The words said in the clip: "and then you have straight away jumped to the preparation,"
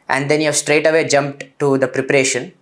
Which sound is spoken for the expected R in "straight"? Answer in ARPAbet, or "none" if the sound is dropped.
R